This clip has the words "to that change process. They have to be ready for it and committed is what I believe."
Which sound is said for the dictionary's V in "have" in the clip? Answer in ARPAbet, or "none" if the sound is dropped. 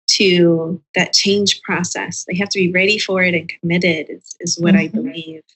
F